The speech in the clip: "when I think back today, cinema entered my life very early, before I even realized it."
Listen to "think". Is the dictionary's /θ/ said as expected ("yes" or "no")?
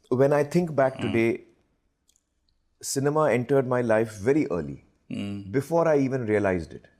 no